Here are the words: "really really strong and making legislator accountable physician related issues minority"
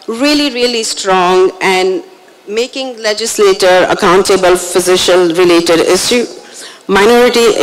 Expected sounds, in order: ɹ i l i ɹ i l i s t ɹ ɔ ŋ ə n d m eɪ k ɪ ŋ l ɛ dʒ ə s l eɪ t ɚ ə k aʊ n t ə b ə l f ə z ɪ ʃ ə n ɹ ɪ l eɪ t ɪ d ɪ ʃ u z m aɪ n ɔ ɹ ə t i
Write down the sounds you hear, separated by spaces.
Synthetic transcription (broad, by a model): ɹ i l i ɹ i l i s t ɹ ɔ ŋ ə n d m eɪ k ɪ ŋ l ɛ dʒ ə s l eɪ t ɚ ə k aʊ n t ə b ə l f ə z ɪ ʃ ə l ɹ ɪ l eɪ t ɪ d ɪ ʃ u m aɪ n ɔ ɹ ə t i